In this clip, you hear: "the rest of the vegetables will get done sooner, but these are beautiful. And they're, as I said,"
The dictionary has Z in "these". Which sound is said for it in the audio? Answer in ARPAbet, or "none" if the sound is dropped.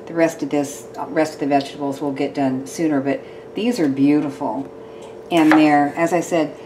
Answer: Z